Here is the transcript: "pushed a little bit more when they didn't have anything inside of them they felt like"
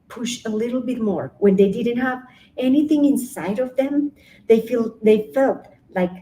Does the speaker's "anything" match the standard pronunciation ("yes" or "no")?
yes